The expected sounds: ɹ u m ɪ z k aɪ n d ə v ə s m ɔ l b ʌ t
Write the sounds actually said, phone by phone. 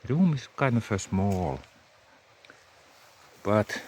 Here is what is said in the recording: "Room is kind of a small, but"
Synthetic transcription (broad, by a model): ɹ u m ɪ s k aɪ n ə f ə s m ɔ l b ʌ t